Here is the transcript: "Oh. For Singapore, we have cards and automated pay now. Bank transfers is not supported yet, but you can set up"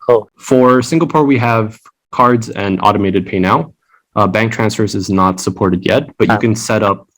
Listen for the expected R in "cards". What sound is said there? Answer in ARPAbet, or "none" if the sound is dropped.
R